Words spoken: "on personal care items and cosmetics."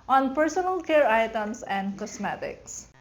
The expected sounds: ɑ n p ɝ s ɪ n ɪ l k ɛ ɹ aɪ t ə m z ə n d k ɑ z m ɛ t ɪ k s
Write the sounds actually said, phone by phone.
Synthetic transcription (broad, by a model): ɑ n p ɝ s ɪ n ɪ l k ɛ ɹ aɪ t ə m s ə n d k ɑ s m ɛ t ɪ k s